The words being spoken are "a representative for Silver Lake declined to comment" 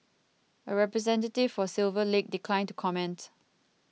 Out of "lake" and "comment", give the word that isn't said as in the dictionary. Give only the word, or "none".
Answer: none